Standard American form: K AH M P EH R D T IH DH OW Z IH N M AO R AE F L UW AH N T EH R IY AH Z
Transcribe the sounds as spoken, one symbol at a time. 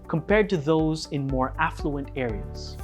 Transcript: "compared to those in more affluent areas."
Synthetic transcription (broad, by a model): K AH M P EH R D T IH DH OW Z IH N M AO R AE F L UW AH N T EH R IY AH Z